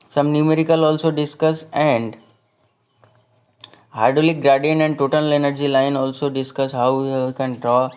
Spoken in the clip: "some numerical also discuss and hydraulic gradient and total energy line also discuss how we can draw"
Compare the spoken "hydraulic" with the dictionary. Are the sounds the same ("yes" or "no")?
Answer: no